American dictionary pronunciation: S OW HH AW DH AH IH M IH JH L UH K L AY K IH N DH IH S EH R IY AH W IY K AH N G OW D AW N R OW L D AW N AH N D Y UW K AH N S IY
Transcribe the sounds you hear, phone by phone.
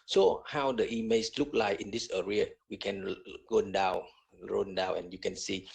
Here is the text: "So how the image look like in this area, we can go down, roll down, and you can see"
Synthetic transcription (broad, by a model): S OW HH AW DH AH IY M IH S L UH K L AY K IH N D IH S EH R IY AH W IY K AH N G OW D AW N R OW N D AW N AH N Y UW K AH N S IY